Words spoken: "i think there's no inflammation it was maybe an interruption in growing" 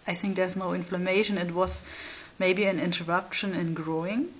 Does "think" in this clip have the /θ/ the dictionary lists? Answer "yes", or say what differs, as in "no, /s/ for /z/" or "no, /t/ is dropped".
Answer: yes